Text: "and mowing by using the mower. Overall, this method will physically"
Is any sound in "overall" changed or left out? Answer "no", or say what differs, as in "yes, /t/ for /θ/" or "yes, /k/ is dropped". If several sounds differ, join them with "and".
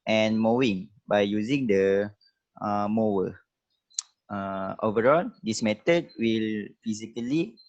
no